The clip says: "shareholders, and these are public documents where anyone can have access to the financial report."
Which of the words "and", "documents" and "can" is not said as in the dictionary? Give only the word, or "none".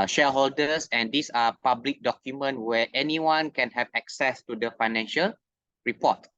documents